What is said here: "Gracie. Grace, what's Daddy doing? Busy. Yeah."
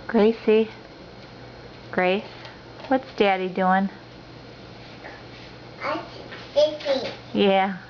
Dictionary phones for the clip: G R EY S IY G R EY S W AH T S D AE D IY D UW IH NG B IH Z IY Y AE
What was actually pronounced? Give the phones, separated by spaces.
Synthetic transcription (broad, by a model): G R EY S IY G R EY S W AH T S D AE D IY D UW IH NG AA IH S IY Y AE